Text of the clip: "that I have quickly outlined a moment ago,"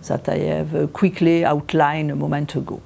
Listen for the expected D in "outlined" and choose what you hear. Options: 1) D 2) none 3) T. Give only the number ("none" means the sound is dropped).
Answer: 2